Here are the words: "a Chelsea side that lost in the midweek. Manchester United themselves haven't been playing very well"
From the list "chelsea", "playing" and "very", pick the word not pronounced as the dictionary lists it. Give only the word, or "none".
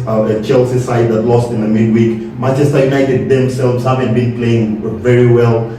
none